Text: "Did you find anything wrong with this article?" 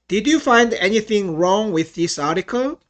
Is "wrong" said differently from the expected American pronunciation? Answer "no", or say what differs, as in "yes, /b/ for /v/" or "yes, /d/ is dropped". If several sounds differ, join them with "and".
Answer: no